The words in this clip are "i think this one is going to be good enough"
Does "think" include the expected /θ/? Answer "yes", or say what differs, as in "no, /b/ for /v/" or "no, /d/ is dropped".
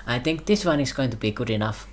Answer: no, /t/ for /θ/